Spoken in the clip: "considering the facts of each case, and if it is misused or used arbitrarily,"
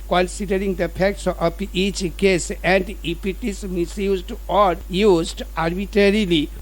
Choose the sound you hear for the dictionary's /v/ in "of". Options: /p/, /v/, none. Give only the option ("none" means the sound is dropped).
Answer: /p/